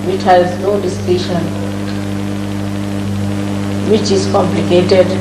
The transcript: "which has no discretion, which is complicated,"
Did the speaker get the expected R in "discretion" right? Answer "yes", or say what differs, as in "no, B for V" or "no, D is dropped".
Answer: no, R is dropped